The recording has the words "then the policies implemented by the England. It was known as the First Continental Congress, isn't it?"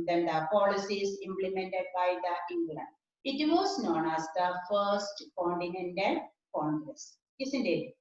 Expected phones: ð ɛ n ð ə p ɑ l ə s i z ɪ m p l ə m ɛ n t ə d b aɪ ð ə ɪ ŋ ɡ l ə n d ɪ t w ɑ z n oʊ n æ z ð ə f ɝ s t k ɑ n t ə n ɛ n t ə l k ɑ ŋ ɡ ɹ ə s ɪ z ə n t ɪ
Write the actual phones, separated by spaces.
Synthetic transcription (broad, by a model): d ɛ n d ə p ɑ l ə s i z ɪ m p l ə m ɛ n t ə d b aɪ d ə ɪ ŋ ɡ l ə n ɪ t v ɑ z n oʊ n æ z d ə f ɝ s t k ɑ n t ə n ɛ n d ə n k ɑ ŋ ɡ ɹ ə s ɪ s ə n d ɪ